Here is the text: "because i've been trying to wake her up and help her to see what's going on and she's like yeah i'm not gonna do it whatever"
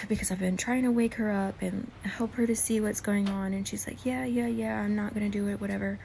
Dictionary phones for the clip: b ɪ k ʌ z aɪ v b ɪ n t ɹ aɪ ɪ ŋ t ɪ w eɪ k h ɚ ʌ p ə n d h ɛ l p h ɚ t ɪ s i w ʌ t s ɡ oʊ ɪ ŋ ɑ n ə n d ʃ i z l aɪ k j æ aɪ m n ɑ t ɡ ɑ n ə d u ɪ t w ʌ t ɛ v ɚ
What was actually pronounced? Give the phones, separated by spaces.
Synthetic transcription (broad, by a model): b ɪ k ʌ z aɪ v b ɪ n t ɹ aɪ ɪ ŋ t ɪ w eɪ k h ɚ ʌ p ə n h ɛ l p h ɚ t ɪ s i w ʌ t s ɡ oʊ ɪ ŋ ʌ n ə n ʃ i z l aɪ k j æ aɪ m n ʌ t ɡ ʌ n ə d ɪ ɪ t w ʌ t ɛ v ɚ